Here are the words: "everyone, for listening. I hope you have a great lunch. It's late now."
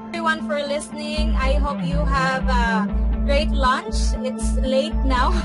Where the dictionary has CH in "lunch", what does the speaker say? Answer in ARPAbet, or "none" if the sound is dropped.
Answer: CH